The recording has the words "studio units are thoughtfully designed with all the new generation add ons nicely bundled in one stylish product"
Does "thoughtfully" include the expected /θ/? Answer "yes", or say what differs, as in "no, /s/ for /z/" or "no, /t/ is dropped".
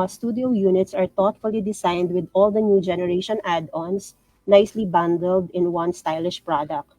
no, /t/ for /θ/